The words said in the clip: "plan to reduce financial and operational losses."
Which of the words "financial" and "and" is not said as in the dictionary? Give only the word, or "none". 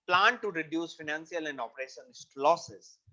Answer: financial